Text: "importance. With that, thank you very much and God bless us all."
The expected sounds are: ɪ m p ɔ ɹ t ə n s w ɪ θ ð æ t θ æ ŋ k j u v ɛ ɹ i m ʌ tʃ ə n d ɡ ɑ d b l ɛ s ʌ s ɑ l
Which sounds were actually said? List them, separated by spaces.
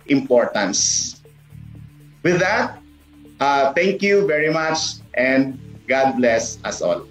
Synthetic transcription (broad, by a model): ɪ m p ɔ ɹ t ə n s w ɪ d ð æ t t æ ŋ k j u v ɛ ɹ i m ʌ tʃ ə n d ɡ ɑ d b l ɛ s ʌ s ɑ l